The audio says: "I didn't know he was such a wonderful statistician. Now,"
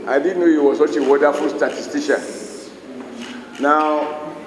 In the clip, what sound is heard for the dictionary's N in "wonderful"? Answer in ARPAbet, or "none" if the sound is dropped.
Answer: none